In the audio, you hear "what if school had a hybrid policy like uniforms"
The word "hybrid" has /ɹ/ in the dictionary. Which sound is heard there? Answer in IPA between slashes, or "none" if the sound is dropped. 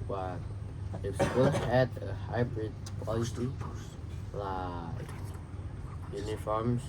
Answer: /ɹ/